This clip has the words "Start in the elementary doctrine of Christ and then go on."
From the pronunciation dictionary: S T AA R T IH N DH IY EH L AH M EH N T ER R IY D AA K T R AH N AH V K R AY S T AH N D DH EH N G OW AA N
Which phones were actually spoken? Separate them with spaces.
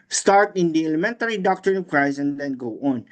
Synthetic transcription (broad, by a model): S T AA R T IH N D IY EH L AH M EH N T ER R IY D AA K T R AH N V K R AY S AH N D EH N G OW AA N